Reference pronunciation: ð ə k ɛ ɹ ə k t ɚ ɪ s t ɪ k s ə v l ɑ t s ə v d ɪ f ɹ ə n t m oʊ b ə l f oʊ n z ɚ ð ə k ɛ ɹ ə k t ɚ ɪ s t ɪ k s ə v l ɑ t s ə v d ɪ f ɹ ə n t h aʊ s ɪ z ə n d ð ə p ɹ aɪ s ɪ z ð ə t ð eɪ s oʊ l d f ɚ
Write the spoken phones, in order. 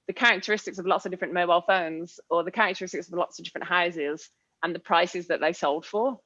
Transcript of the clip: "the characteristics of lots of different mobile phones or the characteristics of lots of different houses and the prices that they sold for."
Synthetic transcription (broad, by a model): ð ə k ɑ ɹ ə k t ɚ ɪ s t ɪ k s ə v l ɑ t s ə v d ɪ f ɹ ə n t m oʊ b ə l f oʊ n z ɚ ð ə k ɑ ɹ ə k t ɚ ɪ s t ɪ k s ə v l ɑ t s ə v d ɪ f ɹ ə n t h aʊ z ɪ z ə n ð ə p ɹ aɪ s ɪ z ð ə t ð eɪ s oʊ l d f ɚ